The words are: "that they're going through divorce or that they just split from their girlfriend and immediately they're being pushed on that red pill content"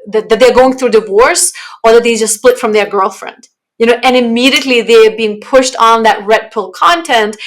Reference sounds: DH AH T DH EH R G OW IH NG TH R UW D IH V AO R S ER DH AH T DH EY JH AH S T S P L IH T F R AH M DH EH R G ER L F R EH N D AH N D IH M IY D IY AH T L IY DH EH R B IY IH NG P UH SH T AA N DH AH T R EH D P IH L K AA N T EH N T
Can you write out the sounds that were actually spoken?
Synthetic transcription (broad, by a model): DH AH T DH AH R G OW IH NG TH R UW D IH V AO R S ER DH AH T DH EY JH AH S T S P L IH T F R AH M DH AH R G ER L F R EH N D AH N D IH M IY D IY AH T L IY DH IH R B IY IH NG P UH SH T N DH AH T R EH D P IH L K AA N T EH N T